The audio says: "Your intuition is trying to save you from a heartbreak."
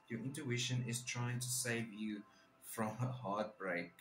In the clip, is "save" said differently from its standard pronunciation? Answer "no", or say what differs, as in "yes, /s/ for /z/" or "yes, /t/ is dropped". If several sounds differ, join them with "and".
no